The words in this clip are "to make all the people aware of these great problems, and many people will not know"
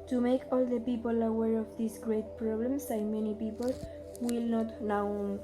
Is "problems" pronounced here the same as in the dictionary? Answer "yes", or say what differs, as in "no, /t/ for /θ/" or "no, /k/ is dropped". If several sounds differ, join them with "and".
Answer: no, /s/ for /z/